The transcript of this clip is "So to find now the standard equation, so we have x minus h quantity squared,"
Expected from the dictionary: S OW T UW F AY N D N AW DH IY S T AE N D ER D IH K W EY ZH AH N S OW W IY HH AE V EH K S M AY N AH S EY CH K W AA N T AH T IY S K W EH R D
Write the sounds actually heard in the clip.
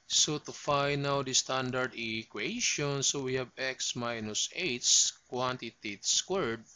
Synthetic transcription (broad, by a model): S OW T UW F AY N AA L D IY S T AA N D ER D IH K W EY SH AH N S OW W IY HH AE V EH K S M AY N AH S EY S K W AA N T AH T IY S K W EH R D